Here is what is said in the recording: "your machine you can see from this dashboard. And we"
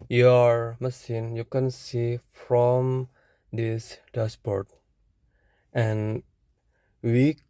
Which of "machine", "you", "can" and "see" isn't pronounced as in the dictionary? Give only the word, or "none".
machine